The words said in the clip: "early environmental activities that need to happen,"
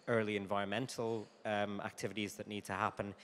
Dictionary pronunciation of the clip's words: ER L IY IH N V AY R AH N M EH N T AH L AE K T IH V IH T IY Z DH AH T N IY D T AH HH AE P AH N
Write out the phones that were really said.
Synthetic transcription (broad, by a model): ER L IY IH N V AY R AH N M EH N T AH L AE K T IH V IH T IY Z DH AH T N IY D T AH HH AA P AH N